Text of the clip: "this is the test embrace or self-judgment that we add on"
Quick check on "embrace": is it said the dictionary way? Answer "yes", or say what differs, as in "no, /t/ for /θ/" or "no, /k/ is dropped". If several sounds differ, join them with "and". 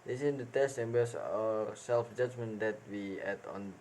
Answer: no, /ɹ/ is dropped